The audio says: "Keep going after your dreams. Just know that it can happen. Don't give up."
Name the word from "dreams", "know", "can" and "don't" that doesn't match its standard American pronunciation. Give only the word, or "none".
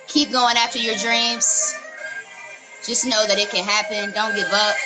none